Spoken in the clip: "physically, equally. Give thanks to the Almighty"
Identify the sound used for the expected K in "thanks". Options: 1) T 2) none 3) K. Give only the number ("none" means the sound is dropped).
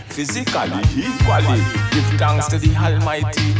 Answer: 2